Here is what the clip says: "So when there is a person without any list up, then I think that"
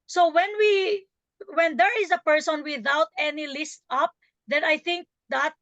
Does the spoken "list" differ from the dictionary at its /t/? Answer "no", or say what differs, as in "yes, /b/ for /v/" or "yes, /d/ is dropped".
no